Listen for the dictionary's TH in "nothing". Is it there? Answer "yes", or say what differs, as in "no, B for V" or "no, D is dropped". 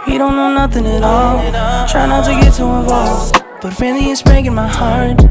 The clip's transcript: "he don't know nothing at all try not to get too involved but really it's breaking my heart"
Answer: yes